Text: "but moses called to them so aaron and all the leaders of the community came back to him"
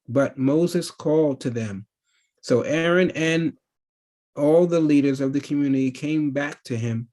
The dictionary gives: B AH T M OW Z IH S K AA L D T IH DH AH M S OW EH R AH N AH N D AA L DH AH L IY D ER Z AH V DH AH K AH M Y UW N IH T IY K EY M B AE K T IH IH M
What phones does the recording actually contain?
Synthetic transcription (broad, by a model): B AH T M OW Z IH S K AA L D T IH DH AH M S OW EH R AH N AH N AA L DH AH L IY D ER Z AH V DH AH K AH M Y UW N IH T IY K EY M B AE K T IH IH M